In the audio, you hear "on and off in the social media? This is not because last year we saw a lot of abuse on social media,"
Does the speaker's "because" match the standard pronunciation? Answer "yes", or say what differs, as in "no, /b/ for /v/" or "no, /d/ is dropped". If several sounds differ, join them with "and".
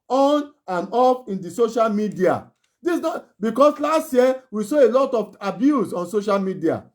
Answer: no, /s/ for /z/